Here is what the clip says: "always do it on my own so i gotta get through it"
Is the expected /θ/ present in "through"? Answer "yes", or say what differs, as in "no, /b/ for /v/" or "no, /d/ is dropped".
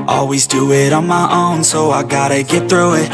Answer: yes